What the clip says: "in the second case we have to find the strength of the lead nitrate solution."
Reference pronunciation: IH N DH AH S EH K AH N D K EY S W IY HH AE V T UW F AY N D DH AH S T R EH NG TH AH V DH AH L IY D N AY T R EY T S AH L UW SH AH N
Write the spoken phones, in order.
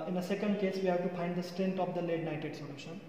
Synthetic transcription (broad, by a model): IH N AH S EH K AH N D K EY S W IY HH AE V T UW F AY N D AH S T R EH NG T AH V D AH L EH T N AY T EY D S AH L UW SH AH N